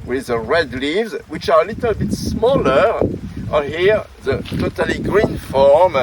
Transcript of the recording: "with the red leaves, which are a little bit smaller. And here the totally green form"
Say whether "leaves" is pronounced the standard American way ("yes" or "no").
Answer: yes